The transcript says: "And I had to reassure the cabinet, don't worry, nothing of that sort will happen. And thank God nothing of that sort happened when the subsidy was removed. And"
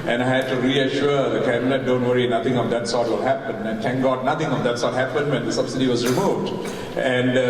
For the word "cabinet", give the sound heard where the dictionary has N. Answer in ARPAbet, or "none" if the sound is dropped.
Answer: L